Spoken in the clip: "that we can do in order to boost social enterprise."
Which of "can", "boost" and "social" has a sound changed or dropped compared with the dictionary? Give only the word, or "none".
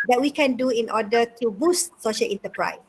none